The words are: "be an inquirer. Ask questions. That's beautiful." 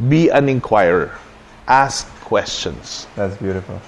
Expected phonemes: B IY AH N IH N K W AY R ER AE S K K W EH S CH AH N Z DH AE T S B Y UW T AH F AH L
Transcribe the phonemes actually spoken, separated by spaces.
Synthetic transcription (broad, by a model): B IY AH N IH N K W AY ER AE S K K W EH S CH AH N S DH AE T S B Y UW T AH F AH L